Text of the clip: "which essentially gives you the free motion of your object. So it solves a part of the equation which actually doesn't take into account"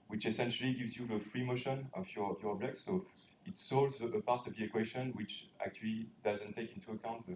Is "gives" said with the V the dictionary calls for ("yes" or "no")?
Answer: yes